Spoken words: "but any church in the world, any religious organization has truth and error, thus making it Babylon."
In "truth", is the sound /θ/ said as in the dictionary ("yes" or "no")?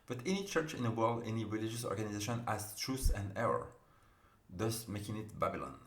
no